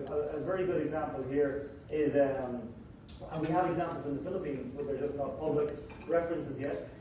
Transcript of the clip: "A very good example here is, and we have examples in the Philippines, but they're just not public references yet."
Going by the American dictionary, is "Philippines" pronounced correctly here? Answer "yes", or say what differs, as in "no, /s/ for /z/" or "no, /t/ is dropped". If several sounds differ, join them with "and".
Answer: yes